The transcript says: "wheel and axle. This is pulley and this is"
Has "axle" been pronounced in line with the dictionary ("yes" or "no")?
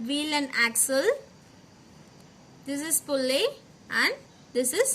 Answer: yes